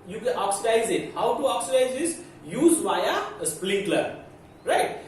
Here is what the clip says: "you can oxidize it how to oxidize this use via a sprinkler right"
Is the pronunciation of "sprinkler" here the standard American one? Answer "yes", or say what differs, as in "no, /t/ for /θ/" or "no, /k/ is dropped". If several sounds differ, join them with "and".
no, /l/ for /ɹ/